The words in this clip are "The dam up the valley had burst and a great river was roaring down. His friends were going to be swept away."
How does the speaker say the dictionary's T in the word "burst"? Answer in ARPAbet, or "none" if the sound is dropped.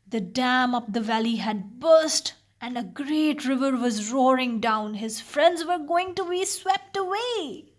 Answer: T